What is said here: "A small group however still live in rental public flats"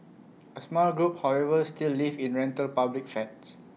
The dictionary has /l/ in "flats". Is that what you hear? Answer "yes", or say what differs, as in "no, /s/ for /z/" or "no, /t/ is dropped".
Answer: no, /l/ is dropped